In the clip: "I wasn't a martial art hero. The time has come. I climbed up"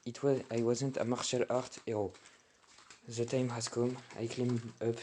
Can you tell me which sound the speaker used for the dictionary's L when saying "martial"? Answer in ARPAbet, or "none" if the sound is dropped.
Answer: L